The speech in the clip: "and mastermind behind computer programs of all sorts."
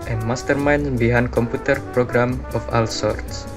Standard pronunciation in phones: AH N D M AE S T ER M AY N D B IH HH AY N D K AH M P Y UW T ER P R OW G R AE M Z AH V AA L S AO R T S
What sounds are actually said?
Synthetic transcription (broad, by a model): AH N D M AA S T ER M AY N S B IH HH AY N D K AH M P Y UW T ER P R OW G R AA M AH F AA L S AO R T S